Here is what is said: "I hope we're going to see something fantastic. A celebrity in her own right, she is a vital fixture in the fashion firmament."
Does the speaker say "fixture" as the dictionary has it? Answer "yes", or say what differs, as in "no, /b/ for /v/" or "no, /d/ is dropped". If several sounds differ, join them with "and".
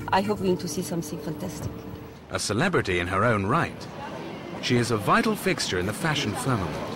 yes